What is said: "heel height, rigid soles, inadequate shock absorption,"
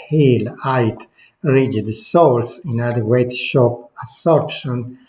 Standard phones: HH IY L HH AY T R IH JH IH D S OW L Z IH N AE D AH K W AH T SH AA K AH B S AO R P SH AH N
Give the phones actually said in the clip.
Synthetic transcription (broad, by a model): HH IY L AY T R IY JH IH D S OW L S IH N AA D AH W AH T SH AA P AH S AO R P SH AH N